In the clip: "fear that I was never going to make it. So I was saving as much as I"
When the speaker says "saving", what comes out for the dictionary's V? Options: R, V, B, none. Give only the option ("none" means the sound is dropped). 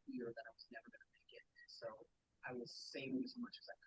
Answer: none